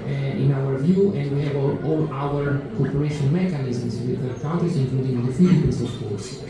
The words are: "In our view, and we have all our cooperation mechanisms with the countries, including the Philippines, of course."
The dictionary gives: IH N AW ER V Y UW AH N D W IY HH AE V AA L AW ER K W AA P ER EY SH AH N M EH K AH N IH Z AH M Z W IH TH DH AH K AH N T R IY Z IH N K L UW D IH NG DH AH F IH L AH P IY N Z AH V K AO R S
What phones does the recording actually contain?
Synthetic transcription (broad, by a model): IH N AW ER V Y UW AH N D W IY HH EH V AA L AW ER K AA P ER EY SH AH N M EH K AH N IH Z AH M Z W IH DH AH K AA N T IY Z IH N K L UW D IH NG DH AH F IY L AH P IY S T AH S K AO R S